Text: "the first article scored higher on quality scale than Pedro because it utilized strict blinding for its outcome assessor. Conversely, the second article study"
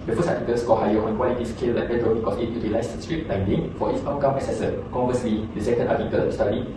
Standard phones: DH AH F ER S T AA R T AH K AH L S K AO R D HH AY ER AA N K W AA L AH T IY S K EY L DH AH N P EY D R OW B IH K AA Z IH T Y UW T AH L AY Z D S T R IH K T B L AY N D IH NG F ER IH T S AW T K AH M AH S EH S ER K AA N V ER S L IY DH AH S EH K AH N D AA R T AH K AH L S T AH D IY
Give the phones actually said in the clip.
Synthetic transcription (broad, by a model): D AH F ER S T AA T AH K AH L S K AO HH AY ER AA N K W AA L AH T IY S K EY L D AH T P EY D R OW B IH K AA S IH T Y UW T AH L AY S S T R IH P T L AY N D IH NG F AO IH T S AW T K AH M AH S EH S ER K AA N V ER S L IY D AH S EH K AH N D AA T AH K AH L S T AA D IY